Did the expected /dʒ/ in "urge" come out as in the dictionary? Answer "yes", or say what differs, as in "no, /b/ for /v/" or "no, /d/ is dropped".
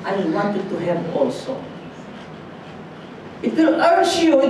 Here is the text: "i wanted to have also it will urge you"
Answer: no, /ʃ/ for /dʒ/